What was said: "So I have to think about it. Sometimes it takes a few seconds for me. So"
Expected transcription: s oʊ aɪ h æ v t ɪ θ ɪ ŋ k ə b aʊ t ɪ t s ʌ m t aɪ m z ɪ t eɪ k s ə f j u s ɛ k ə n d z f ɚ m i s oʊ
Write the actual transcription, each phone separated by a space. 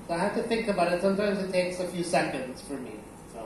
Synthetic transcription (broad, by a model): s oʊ aɪ h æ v t ɪ θ ɪ ŋ k ə b aʊ t ɪ t s ʌ m t aɪ m z ɪ t eɪ k s ə f j u s ɛ k ə n d z f ɚ m i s oʊ